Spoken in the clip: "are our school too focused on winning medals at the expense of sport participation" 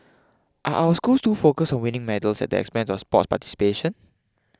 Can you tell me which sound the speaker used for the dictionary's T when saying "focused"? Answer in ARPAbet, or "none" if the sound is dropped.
none